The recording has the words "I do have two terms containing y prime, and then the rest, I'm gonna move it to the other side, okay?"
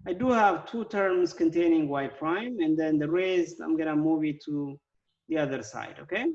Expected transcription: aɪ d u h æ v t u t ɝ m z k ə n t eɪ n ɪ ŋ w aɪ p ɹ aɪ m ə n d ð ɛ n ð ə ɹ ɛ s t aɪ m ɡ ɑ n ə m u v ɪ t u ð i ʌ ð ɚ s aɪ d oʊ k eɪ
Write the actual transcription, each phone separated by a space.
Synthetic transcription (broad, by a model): aɪ d u h æ v t u t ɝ m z k ə n t eɪ n ɪ ŋ w aɪ p ɹ aɪ m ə n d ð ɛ n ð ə ɹ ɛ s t aɪ m ɡ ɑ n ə m u v ɪ t u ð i ʌ ð ɚ s aɪ d oʊ k eɪ